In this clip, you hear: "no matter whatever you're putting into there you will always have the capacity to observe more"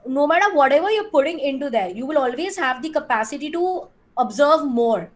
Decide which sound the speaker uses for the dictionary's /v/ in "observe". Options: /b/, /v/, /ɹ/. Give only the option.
/v/